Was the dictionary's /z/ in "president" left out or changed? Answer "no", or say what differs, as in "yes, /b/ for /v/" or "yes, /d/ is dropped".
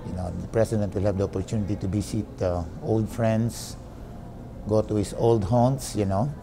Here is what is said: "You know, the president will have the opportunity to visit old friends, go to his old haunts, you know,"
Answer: yes, /s/ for /z/